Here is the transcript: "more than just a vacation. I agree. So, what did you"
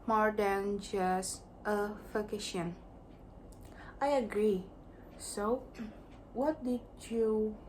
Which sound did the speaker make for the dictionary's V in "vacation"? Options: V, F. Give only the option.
F